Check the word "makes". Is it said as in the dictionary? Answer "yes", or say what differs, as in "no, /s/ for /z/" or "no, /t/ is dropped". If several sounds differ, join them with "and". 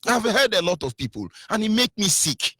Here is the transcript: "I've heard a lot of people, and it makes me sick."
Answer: no, /s/ is dropped